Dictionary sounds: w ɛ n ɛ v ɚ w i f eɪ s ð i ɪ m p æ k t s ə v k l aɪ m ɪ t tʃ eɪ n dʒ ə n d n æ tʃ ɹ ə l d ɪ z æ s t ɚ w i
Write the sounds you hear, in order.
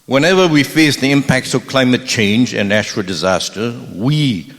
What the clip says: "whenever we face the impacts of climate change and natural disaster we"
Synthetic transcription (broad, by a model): w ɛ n ɛ v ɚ w i f eɪ s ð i ɪ m p æ k t s ə v k l aɪ m ɪ t tʃ eɪ n dʒ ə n n æ tʃ ɹ ə l d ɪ z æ s t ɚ w i